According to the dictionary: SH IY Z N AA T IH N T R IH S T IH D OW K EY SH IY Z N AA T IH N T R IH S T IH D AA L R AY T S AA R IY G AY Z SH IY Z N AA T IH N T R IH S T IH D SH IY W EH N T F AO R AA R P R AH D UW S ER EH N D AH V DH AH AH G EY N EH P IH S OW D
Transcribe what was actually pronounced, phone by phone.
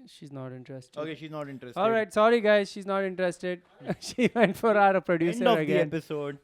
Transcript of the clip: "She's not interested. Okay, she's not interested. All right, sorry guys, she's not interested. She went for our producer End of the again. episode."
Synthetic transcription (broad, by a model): SH IY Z N AA T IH N T R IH S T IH OW K EY SH IY Z N AA T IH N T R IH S AA L R AY T S AA R IY G AY Z SH IY Z N AA T IH N T R IH S T IH D SH IY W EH N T F AO R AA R P R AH D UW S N AH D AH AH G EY EH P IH S OW D